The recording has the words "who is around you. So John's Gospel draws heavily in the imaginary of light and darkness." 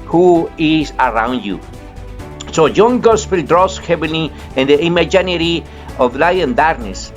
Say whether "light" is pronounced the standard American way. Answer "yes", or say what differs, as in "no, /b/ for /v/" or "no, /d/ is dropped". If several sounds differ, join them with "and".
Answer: no, /t/ is dropped